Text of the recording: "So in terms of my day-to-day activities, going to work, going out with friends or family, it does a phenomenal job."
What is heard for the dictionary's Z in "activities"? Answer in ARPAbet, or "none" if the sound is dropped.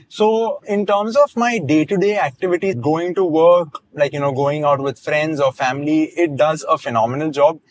none